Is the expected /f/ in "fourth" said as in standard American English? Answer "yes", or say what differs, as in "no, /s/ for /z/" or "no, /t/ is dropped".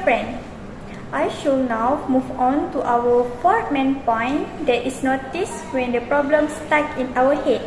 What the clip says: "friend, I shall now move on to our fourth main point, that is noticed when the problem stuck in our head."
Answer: no, /p/ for /f/